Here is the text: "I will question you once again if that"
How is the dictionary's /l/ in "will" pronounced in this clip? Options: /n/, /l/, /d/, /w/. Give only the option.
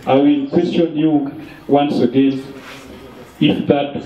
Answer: /n/